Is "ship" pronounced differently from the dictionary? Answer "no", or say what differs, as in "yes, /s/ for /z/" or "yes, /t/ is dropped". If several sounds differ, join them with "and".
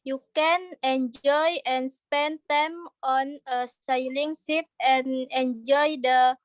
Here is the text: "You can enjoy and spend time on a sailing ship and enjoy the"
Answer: yes, /s/ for /ʃ/